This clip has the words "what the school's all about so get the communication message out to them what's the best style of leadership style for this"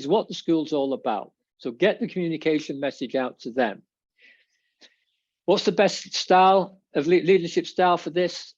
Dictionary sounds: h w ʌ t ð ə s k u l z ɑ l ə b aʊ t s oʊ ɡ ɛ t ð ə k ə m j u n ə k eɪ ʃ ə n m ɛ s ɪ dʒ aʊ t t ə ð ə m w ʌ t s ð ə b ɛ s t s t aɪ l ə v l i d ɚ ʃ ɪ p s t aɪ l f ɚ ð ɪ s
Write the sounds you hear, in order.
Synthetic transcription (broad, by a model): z w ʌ t ð ə s k u l z ɑ l ə b aʊ t s oʊ ɡ ɛ t ð ə k ə m j u n ə k eɪ ʃ ə n m ɛ s ɪ dʒ aʊ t t ə ð ə m w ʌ t s ð ə b ɛ s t s t aɪ l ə v l i d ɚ ʃ ɪ p s t aɪ l f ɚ ð ɪ s